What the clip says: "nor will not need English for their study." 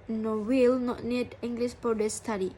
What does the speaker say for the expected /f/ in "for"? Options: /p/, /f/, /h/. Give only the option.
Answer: /p/